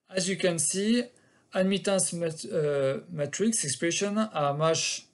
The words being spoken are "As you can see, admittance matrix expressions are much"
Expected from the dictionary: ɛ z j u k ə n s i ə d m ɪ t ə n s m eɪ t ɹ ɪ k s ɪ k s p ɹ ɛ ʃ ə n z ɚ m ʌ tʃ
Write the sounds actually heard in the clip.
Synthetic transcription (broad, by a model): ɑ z j u k ə n s i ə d m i t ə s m m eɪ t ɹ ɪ k s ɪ k s p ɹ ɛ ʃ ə n ɑ m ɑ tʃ